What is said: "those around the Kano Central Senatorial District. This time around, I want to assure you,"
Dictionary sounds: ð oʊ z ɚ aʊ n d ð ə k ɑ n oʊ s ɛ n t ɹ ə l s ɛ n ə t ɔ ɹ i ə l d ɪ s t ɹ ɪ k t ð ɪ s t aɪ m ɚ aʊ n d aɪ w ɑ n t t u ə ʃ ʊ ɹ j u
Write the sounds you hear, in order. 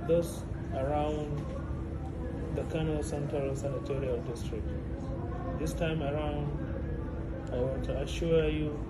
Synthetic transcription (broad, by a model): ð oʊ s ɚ aʊ n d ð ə k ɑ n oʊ s ɛ n t ɹ ə l s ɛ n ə t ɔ ɹ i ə l d ɪ s t ɹ ɪ k t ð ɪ s t aɪ m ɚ aʊ n d aɪ w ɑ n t t u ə ʃ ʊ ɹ j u